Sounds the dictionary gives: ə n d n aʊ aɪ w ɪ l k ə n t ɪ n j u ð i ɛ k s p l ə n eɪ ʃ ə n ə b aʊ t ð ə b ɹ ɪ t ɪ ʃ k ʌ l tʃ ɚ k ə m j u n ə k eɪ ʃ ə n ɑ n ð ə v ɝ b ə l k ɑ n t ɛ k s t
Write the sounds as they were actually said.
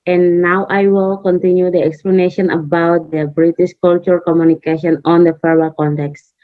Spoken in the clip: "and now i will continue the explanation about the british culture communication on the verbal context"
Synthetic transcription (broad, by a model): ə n n aʊ aɪ w ɪ l k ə n t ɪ n j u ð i ɛ k s p l ə n eɪ ʃ ə n ə b aʊ t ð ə b ɹ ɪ t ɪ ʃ k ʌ l tʃ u k ə m j u n ə k eɪ ʃ ə n ɑ n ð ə f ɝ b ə k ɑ n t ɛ k s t